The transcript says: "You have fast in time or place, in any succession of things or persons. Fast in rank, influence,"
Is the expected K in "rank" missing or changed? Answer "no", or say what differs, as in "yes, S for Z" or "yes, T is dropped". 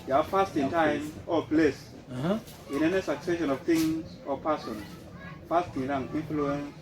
yes, K is dropped